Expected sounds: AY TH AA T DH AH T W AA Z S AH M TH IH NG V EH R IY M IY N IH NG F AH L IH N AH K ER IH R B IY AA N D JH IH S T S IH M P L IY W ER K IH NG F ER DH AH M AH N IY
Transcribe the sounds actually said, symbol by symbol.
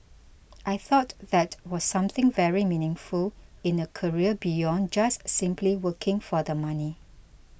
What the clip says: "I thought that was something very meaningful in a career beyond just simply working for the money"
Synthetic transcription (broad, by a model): AY TH AA T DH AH T W AA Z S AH M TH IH NG V EH R IY M IY N IH NG F AH L IH N AH K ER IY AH B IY AA N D JH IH S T S IH M P L IY W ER K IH NG F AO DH AH M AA N IY